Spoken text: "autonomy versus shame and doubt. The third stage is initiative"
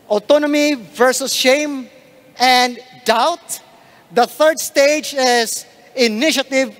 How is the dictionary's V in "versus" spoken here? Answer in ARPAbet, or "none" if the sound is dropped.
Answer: V